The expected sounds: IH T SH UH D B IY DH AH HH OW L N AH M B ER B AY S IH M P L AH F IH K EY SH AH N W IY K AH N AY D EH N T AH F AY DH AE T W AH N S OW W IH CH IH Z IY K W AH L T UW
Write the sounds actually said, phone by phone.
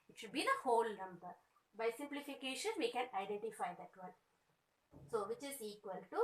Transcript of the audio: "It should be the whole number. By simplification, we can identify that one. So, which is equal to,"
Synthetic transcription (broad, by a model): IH T SH UH D B IY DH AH HH OW L N AH M B ER B AY S IH M P L AH F IH K EY SH AH N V IY K AH N AY D EH N T AH F AY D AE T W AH L S OW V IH CH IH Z IY K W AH L T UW